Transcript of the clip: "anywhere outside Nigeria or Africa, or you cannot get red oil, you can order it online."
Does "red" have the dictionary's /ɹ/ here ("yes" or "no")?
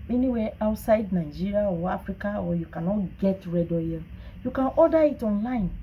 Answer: yes